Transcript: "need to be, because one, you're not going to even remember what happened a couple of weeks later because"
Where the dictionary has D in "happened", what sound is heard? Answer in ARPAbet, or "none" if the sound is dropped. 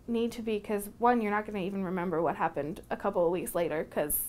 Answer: D